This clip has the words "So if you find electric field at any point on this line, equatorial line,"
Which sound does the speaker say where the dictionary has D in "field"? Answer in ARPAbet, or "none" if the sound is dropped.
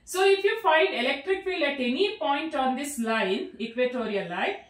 none